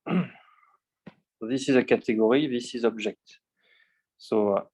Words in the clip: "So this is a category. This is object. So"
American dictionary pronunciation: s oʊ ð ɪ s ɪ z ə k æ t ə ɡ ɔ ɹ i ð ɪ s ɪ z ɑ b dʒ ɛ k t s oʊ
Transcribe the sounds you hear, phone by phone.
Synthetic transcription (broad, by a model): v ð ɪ s ɪ z ə k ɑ t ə ɡ ɔ ɹ i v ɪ s ɪ z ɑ b ʒ ɛ k t s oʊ